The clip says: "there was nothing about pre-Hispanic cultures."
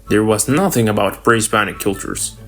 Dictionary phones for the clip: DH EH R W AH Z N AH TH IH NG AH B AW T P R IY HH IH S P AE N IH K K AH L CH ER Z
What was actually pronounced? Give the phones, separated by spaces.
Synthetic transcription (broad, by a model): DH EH R W AH Z N AH TH IH NG AH B AW T B R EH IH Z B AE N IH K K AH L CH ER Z